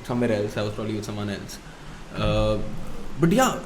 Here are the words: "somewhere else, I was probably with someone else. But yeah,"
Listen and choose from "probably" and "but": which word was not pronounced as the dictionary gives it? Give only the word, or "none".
none